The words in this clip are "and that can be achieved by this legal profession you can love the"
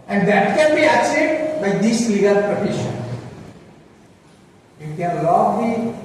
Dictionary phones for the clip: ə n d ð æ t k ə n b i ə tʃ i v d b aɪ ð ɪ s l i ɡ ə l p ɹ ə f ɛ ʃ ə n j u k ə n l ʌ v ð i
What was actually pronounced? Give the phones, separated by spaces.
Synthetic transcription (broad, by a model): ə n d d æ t k ə n b i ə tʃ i d b aɪ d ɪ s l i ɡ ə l p ɹ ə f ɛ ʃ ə n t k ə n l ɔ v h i